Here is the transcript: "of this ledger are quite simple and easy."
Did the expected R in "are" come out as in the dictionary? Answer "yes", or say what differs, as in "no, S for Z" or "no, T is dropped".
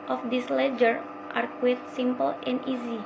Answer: yes